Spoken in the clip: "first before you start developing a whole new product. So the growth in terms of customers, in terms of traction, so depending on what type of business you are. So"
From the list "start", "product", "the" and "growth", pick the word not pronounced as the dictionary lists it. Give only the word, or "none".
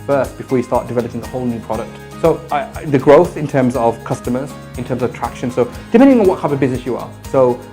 none